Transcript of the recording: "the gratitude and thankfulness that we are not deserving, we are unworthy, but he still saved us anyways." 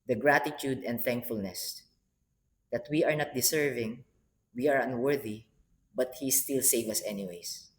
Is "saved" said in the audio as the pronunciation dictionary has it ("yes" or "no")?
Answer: no